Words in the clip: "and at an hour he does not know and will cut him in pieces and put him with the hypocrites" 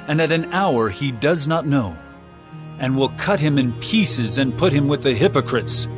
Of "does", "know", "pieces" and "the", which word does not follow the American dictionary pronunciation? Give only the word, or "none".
none